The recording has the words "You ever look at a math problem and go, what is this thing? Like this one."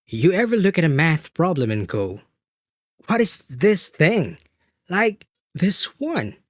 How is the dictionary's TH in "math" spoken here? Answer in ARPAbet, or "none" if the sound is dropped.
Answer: TH